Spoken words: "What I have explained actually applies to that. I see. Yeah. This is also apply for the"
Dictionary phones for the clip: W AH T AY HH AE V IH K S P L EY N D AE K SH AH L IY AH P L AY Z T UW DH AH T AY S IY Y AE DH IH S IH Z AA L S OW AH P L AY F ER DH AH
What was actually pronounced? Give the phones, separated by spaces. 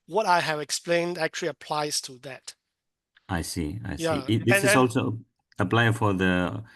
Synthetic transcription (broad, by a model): W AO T AY HH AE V IH K S P L EY N D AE K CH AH L IY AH P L AY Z T UW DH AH T AY S IY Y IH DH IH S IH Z AA L S OW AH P L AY F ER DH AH